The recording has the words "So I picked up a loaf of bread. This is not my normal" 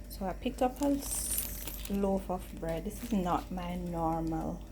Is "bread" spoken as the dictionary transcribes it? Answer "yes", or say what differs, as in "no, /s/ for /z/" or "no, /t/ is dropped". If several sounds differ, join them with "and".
yes